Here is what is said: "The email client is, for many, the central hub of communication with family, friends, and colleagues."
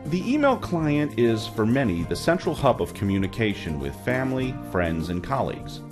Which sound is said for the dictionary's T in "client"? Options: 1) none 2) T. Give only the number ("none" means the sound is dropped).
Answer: 2